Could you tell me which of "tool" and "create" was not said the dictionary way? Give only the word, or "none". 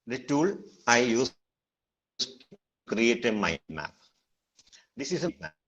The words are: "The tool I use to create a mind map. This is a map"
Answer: none